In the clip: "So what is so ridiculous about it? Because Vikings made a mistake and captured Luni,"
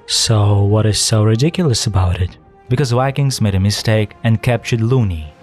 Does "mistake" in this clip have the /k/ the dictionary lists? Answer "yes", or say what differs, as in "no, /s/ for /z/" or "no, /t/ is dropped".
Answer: yes